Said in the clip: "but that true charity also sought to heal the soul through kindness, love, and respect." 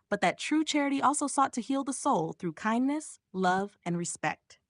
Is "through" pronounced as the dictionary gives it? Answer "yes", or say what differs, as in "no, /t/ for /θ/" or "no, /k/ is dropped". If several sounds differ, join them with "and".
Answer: yes